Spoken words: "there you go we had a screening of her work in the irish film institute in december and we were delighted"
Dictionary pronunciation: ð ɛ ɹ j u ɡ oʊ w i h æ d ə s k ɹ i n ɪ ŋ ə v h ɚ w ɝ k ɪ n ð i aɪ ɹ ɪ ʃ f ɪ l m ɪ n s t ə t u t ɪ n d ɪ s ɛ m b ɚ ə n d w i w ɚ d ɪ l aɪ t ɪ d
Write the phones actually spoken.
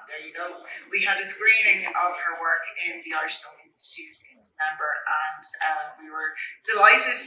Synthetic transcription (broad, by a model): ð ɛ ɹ j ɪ ɡ oʊ w i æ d ə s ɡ ɹ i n ɪ ŋ ə v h ɚ w ɝ k ɪ n ð i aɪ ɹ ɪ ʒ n l ɪ n s t ə t u t ɪ n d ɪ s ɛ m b ɚ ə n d w i w ɚ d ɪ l aɪ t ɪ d